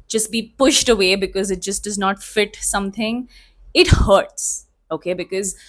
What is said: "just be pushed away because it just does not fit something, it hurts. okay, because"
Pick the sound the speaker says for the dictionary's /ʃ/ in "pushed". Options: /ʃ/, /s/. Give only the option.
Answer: /ʃ/